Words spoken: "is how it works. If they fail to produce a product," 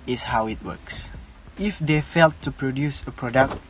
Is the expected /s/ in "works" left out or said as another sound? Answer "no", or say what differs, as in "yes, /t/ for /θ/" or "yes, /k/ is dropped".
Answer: no